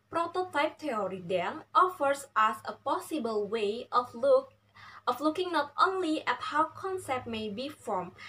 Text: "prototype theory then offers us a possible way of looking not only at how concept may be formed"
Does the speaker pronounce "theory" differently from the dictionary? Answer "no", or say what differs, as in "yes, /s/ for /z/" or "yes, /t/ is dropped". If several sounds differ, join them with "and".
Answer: yes, /t/ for /θ/